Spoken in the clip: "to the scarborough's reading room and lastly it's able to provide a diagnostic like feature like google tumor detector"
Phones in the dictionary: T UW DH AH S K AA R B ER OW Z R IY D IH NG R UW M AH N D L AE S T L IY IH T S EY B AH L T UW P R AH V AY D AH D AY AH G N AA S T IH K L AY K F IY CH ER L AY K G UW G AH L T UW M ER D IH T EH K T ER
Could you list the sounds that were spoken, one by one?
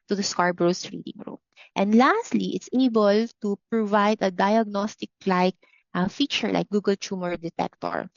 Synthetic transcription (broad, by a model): T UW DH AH S K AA R B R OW S R IY D IH NG R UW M AH N D L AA S T L IY IH T S EY B AH L T UW P R AH V AY D AH D AY AH G N AA S T IH K L AY K F IY CH ER L AY K G UW G AH L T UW M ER D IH T EH K T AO